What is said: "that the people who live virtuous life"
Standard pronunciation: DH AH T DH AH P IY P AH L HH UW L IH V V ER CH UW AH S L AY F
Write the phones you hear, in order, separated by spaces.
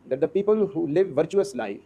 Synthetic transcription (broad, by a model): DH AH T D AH P IY P AH L HH UW L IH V V ER CH UW AH S L AY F